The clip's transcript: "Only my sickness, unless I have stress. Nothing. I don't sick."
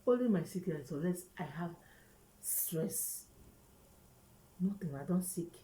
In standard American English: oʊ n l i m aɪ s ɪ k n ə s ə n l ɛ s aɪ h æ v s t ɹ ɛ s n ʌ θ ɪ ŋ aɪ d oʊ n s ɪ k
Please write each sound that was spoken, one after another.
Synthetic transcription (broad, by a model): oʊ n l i m aɪ s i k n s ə l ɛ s aɪ h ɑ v s t ɹ ɛ s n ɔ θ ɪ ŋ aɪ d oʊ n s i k